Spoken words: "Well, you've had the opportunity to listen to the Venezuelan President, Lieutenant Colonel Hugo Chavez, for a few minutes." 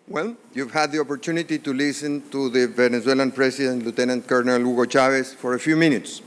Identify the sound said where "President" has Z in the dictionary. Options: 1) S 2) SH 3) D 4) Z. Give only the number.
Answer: 1